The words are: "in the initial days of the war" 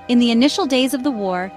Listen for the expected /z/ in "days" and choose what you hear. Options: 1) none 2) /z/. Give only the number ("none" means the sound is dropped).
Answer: 2